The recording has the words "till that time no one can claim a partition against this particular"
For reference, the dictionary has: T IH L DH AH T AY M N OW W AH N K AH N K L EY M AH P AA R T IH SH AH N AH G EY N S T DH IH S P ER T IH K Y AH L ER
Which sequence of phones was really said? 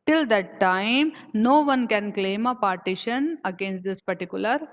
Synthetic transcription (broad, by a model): T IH L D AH T AY M N OW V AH N K AH N K L EY M AH P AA R T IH SH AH N AH G EY N S T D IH S P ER T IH K Y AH L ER